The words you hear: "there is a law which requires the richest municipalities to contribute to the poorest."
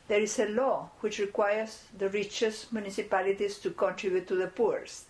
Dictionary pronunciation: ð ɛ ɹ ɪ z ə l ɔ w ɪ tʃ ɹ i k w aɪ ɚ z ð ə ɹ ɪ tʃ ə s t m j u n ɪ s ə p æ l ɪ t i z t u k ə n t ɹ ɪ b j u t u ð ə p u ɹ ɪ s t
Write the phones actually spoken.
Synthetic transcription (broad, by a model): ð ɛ ɹ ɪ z ə l ɔ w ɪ tʃ ɹ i k w aɪ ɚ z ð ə ɹ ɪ tʃ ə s m j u n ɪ s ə p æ l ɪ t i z t u k ə n t ɹ ɪ b j u t u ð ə p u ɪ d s